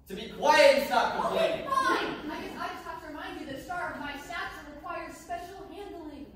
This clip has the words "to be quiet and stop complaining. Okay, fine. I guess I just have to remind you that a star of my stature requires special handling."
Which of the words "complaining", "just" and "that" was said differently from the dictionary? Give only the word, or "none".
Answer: complaining